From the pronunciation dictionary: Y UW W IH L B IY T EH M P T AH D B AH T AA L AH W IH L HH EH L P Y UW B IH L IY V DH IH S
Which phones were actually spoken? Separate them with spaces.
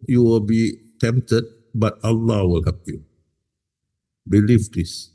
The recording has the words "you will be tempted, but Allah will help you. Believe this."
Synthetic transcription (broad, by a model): Y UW W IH L B IY T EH M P T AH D B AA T AA L AH W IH L HH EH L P Y UW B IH L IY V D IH S